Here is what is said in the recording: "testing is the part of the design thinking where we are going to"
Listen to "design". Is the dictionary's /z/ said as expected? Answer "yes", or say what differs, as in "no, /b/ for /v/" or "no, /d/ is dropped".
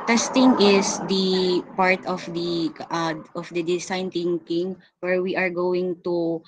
no, /s/ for /z/